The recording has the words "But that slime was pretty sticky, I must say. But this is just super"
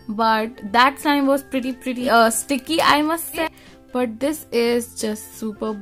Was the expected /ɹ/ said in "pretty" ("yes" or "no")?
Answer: yes